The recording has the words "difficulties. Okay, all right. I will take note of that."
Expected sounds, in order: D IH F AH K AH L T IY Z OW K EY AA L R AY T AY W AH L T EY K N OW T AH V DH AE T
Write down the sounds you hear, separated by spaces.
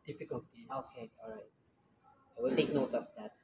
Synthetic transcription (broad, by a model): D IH F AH K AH L T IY OW K EY AA L R AY T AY W AH L T EY K N OW T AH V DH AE T